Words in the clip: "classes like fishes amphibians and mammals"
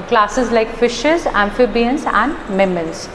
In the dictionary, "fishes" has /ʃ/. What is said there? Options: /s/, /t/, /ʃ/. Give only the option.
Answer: /ʃ/